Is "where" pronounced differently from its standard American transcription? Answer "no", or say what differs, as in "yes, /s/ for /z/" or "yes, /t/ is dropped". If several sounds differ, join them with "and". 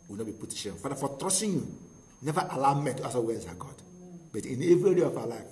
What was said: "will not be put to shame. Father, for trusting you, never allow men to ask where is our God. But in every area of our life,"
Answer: yes, /w/ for /ɹ/